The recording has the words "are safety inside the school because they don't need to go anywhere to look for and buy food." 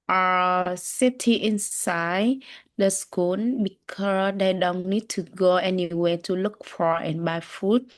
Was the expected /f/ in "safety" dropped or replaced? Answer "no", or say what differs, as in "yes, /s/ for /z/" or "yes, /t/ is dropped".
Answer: yes, /f/ is dropped